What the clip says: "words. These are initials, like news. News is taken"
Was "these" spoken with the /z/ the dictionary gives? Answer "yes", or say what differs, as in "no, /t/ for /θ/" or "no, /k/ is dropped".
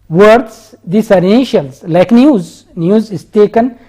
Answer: no, /s/ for /z/